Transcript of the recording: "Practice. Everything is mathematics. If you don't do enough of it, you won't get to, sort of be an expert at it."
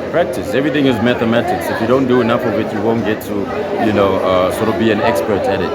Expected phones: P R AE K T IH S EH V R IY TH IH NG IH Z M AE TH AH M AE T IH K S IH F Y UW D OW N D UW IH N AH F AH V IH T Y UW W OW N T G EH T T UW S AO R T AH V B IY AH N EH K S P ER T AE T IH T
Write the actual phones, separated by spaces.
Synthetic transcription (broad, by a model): P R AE K T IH S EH V R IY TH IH NG IH Z M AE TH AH M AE T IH K S IH F Y UW D OW N D UW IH N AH F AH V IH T Y UW W OW N T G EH T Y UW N AO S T AH V B IY AH N EH K S P ER T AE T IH T